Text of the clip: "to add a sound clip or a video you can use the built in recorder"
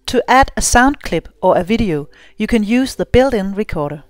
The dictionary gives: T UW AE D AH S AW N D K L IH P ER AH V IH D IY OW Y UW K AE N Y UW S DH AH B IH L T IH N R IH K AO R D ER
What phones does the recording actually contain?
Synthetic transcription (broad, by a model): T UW AE D AH S AW N D K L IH B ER AH V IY D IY OW Y UW K AE N Y UW S DH AH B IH L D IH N R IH K AO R D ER